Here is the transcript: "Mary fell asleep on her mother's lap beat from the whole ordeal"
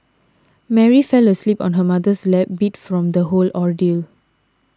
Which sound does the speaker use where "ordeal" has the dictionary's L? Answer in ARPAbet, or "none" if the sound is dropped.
L